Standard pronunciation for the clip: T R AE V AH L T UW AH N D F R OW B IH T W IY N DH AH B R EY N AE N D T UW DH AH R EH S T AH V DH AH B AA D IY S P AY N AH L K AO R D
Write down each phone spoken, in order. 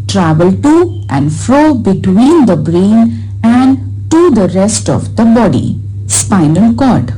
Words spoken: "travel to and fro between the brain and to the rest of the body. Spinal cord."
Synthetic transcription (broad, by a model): T R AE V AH L T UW AH N D F R OW B IH T W IY N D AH B R EY N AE N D T UW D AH R EH S T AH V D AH B AA D IY S P AY N AH L K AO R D